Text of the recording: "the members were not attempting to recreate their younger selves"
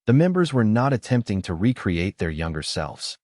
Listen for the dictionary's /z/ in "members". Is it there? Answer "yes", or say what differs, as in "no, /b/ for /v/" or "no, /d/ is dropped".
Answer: yes